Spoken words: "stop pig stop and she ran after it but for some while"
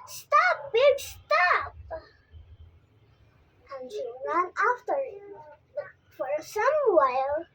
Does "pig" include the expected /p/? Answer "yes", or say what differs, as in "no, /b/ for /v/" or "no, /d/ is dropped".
no, /b/ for /p/